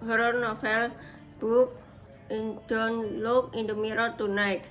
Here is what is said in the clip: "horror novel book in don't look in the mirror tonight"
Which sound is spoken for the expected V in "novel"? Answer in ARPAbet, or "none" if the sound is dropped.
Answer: F